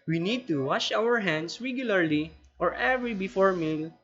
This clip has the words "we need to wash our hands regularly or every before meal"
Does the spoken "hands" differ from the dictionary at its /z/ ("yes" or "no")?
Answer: yes